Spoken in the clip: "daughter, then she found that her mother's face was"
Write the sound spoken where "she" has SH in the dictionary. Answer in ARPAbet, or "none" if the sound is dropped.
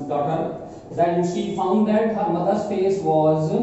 SH